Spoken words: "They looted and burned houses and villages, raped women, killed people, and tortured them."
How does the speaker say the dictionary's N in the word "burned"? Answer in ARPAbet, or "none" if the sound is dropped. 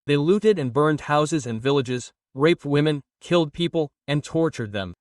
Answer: N